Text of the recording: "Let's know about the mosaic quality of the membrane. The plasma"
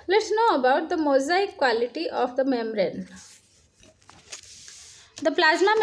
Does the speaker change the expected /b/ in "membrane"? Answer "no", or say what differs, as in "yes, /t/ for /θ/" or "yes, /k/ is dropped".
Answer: yes, /b/ is dropped